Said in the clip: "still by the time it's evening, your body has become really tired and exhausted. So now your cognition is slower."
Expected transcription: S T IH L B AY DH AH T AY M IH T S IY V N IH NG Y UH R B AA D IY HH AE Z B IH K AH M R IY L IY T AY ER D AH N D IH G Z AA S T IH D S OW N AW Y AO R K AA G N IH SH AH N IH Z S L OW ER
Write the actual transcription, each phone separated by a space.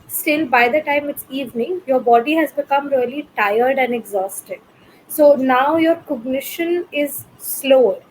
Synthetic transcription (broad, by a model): S T IH L B AY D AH T AY M IH T S IY V N IH NG Y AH R B AA D IY HH AE Z B IH K AH M R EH L IY T AY ER D AH N D IH G Z AA S T IH D S OW N AW Y AO R K AA G N IH SH AH N IH Z S L OW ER